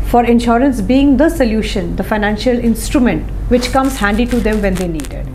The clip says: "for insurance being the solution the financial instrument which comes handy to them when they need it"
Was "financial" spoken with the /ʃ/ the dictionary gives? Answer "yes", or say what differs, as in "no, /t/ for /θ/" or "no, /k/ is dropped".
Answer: yes